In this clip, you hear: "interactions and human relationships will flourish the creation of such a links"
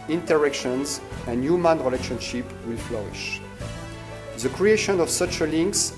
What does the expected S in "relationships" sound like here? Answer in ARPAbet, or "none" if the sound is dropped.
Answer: none